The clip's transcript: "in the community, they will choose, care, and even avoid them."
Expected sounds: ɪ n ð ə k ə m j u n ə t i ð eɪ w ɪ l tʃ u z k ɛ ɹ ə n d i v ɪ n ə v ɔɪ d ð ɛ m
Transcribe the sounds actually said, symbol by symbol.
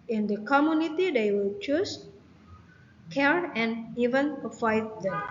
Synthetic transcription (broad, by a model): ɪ n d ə k ə m j u n ə t i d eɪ w ɪ l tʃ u s k ɛ ɹ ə n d i v ɪ n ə f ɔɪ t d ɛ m